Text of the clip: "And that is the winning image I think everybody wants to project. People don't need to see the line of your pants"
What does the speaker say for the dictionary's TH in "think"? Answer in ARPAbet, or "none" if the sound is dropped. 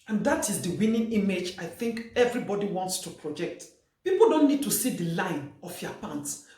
TH